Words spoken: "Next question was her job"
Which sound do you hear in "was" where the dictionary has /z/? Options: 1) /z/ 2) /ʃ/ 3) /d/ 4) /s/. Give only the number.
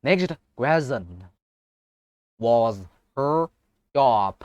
1